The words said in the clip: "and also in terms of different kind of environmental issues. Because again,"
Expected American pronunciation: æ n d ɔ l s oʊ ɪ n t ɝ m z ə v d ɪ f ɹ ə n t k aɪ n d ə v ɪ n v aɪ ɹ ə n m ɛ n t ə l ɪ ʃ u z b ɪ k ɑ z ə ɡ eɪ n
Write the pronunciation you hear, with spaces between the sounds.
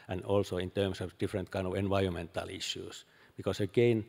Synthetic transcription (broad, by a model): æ n ɔ l s oʊ ɪ n t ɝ m s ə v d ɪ f ɹ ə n t k aɪ n d ə v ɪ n v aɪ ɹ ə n m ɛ n t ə l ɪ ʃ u s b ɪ k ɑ s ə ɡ eɪ n